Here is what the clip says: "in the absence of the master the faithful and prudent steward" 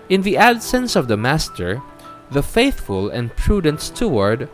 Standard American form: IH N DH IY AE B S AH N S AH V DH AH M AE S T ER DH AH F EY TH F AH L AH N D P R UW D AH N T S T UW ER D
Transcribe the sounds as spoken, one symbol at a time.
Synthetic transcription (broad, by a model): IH N DH IY AE B S AH N S AH V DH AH M AE S T ER DH AH F EY TH F AH L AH N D P R UW D AH N T S T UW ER D